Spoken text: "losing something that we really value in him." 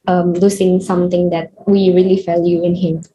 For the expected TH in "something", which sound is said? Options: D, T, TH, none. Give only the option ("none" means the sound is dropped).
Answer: T